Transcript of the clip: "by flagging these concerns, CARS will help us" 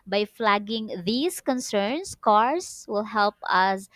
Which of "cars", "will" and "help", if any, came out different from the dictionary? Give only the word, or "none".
cars